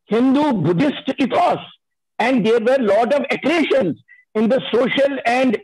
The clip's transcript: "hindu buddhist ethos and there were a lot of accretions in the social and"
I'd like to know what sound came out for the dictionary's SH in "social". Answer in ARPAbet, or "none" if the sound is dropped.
SH